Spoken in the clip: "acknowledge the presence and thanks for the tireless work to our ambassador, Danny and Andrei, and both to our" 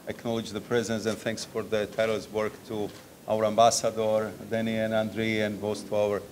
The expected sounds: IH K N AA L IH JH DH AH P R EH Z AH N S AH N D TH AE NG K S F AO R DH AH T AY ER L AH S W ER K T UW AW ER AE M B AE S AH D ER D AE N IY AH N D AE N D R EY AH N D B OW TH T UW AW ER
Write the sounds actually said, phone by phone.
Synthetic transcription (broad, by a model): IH K N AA L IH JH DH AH P R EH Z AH N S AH N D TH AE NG K S F AO R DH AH T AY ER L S W ER K T UW AW ER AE M B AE S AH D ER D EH N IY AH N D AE N D R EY AH N D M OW S T UW AW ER